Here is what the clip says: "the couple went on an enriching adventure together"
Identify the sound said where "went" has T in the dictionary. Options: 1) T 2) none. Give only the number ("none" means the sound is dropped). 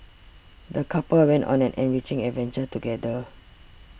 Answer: 1